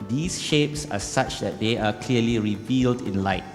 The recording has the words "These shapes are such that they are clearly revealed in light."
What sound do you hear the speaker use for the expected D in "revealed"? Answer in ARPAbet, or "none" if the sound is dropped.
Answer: D